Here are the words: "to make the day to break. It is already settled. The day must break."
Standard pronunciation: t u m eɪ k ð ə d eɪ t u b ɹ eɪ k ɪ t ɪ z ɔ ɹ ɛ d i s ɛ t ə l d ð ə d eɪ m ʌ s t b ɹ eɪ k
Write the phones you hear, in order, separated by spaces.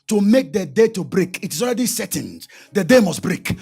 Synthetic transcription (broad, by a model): t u m eɪ k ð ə d eɪ t u b ɹ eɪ k ɪ t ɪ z ɔ ɹ ɛ d i s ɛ t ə n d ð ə d eɪ m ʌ s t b ɹ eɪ k